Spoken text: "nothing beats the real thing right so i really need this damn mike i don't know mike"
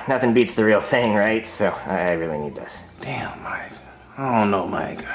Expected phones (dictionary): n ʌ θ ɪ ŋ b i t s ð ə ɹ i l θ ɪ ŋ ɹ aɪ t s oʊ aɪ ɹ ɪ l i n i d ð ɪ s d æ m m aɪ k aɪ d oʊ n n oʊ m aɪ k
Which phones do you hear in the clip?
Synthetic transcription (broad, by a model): n ʌ θ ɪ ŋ b i t s ð ə ɹ i l θ ɪ ŋ ɹ aɪ t s oʊ aɪ ɹ ɪ l i n i d ð ɪ s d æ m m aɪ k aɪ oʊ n n oʊ m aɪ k